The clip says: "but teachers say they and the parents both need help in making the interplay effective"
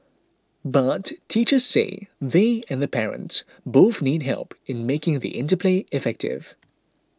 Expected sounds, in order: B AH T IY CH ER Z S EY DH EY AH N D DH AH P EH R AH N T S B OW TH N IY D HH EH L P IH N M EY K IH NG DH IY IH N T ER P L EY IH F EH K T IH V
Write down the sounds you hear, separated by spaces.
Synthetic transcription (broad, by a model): B AH T IY CH ER Z S EY DH EY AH N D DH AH P EH R AH N T S B OW TH N IY D HH EH L P IH N M EY K IH NG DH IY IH N T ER P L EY IH F EH K T IH V